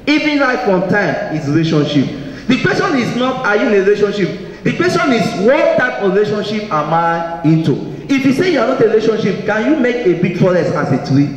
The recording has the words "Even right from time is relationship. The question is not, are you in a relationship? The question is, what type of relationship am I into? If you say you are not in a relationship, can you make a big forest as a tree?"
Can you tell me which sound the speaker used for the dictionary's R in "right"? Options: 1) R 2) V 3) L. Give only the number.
3